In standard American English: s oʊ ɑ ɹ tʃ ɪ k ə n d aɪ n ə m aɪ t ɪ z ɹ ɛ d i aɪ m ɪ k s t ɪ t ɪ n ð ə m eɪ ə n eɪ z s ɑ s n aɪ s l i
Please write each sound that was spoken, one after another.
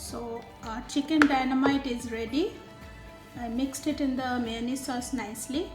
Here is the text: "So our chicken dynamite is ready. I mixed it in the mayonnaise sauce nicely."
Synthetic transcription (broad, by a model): s oʊ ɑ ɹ tʃ ɪ k ə n d aɪ n ə m aɪ t ɪ z ɹ ɛ d i aɪ m ɪ k s t ɪ t ɪ n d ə m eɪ n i s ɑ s n aɪ s l i